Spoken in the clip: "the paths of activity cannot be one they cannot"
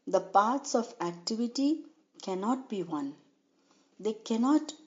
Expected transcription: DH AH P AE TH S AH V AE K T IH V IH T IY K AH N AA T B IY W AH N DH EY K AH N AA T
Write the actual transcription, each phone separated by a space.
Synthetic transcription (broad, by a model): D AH P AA T S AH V AE K T IH V IH T IY K AH N AA T B IY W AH N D EY K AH N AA T